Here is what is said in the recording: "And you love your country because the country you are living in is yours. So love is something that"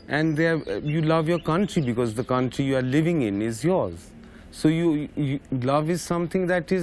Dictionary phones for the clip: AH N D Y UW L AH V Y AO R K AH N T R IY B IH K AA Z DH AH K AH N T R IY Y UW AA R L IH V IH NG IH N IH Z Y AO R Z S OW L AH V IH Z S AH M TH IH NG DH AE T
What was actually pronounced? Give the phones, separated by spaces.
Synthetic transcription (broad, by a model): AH N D Y UW L AH V Y AO R K AH N T R IY B IH K AA Z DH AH K AH N T R IY Y UW AA R L IH V IH NG IH N IH Z Y AO R Z S OW L AH V IH Z S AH M T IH NG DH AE T